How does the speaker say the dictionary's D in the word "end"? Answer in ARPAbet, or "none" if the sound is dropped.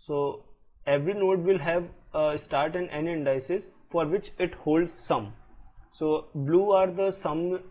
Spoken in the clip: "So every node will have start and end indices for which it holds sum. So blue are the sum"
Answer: none